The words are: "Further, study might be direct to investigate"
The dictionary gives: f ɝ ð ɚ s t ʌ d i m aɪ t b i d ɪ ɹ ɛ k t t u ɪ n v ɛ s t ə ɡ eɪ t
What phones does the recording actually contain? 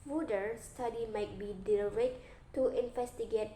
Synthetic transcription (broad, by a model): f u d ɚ s t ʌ d i m aɪ t b i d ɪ l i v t t u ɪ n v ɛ s t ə ɡ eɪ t